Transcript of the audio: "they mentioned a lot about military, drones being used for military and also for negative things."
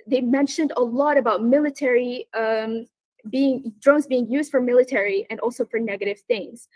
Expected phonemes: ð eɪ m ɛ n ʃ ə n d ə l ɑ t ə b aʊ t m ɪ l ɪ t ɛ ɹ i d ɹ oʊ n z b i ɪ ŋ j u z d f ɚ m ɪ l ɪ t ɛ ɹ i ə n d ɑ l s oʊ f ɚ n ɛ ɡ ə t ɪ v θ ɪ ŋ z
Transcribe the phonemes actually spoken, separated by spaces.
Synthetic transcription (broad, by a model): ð eɪ m ɛ n ʃ ə n d ə l ɑ t ə b aʊ t m ɪ l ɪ t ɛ ɹ i d ɹ oʊ n z b i ɪ ŋ j u z d f ɚ m ɪ l ɪ t ɛ ɹ i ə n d ɑ l s oʊ f ɚ n ɛ ɡ ə t ɪ v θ ɪ ŋ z